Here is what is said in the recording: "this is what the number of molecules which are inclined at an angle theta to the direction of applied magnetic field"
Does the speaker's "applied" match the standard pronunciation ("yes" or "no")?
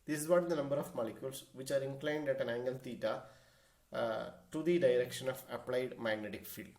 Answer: yes